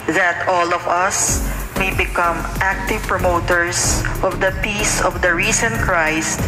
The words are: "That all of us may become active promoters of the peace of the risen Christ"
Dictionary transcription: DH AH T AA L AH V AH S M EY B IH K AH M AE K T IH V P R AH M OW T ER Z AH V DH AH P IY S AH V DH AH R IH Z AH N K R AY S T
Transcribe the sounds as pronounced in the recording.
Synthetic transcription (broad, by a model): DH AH T AA L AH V AH S M EY B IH K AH M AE K T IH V P R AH M OW T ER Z AH V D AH P IY S AH V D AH R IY S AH N K R AY S T